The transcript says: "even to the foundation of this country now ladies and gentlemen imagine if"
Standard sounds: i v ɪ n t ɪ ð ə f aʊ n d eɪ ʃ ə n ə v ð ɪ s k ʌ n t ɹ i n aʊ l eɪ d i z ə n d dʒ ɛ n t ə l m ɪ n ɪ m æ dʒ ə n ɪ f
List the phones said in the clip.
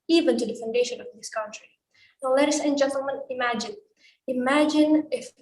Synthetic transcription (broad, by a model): i v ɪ n t ɪ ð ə f aʊ n d eɪ ʃ ə n ə v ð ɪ s k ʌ n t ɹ i n aʊ l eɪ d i s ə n dʒ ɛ n t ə n m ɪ n ɪ m æ dʒ ə n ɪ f